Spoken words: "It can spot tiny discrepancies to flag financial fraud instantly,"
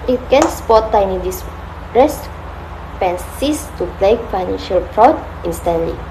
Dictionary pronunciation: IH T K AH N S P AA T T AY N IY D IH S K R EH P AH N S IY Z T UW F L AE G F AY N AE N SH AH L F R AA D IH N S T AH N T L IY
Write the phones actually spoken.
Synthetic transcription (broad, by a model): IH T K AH N S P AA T T AY N IY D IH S R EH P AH N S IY S T UW P L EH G F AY N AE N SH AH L P R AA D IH N S T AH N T L IY